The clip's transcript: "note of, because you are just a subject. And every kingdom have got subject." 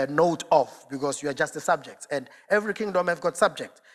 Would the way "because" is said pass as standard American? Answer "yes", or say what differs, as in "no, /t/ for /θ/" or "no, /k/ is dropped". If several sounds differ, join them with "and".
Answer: no, /s/ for /z/